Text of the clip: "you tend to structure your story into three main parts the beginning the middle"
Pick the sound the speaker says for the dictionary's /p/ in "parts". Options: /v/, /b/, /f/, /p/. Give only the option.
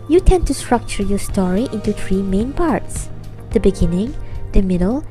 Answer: /p/